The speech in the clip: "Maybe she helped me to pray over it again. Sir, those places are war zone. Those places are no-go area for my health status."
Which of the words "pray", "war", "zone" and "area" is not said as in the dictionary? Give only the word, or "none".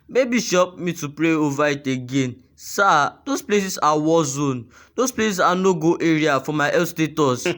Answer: war